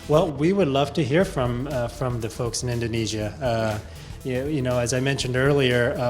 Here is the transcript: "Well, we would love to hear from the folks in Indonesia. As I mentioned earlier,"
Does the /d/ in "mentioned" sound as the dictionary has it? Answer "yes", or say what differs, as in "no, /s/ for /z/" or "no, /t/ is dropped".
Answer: yes